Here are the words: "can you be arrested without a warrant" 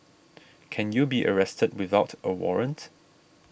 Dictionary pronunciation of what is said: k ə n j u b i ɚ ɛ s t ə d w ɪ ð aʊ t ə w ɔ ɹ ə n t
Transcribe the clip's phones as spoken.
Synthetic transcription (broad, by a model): k ə n j u b i ɚ ɛ s t ə d w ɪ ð aʊ t ə w ɔ ɹ ə n t